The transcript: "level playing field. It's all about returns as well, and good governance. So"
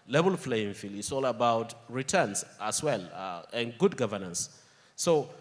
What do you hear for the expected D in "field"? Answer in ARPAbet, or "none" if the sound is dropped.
none